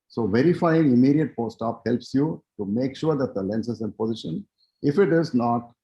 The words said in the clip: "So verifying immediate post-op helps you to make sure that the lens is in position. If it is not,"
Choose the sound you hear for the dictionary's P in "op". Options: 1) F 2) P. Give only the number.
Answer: 2